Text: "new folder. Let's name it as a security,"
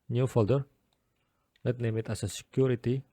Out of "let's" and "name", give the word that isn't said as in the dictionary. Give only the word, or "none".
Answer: let's